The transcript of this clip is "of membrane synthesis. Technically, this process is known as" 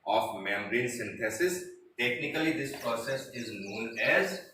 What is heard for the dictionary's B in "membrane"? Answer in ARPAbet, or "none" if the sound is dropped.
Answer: none